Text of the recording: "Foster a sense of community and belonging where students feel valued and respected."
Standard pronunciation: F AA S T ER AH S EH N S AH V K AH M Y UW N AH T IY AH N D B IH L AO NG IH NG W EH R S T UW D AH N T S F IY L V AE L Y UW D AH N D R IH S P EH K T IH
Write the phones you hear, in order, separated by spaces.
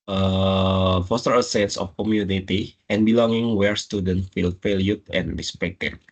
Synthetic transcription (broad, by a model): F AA S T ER AH S EH N S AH F K AH M Y UW N AH T IY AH N B IH L AO NG IH NG W EH R S T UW D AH N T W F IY L F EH L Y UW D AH N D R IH S P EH K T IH